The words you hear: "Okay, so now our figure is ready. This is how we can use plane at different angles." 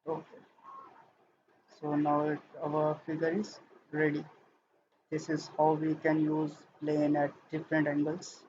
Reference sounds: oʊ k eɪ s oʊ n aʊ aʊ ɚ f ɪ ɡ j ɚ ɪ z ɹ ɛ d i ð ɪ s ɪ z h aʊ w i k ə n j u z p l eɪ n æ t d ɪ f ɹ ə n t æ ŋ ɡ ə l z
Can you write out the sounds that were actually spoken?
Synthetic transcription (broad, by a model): oʊ k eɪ s oʊ n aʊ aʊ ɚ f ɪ ɡ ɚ ɪ z ɹ ɛ d i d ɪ s ɪ z h aʊ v i k ə n j u z p l eɪ n æ t d ɪ f ɹ ə n t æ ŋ ɡ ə l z